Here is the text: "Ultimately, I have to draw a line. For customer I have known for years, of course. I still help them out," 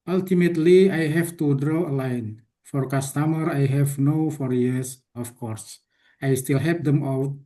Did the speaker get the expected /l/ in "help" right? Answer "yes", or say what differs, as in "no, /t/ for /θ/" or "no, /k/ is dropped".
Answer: no, /l/ is dropped